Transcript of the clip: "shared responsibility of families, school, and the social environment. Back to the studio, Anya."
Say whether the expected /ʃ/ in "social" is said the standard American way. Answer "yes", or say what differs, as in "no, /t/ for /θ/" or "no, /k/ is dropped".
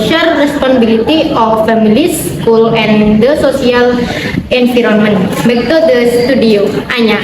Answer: no, /s/ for /ʃ/